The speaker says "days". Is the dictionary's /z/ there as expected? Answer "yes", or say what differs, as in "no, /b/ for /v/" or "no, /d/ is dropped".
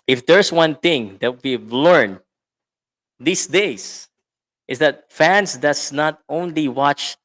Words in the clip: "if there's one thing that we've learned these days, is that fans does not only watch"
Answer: no, /s/ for /z/